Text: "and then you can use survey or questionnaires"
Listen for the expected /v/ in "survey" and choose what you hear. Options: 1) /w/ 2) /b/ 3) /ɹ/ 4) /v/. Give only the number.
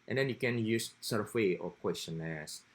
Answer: 1